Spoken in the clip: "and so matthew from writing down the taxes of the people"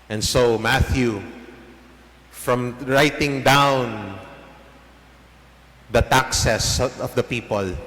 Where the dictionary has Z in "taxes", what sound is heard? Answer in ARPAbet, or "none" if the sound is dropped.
S